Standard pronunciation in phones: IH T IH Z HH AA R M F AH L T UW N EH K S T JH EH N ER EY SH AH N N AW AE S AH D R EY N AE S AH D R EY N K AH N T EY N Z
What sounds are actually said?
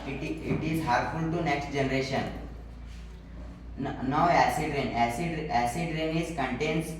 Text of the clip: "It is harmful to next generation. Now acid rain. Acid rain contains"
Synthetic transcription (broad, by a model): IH T IH Z HH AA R F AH L T UW N EH K S T JH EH N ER EY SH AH N N AW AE S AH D R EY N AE S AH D R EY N K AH N T EY N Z